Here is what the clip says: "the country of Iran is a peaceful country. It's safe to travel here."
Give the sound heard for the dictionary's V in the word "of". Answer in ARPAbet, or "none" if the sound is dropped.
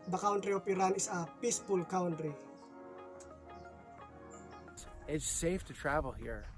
P